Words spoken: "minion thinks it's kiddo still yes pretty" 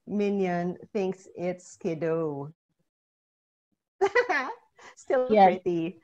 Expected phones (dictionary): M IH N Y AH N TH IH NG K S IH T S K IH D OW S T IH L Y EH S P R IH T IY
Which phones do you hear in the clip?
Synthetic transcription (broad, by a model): M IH N Y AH N TH IH NG K S IH T S K IH D OW S T IH L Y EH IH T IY